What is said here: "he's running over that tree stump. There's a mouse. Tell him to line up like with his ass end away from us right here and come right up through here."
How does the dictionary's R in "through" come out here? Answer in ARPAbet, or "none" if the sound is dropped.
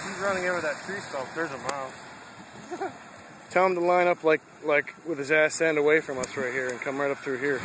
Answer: R